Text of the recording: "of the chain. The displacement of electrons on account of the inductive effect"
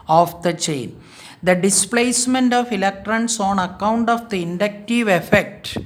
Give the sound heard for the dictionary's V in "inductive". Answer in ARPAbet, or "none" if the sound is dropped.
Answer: V